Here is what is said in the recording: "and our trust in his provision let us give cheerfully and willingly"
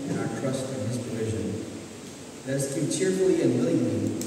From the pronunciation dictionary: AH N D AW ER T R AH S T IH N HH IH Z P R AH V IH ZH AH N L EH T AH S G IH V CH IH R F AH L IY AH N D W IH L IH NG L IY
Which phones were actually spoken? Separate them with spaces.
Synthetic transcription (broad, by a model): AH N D AW ER T R AH S T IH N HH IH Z P R AH V IH ZH AH N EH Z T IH CH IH R F L IY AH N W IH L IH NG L IY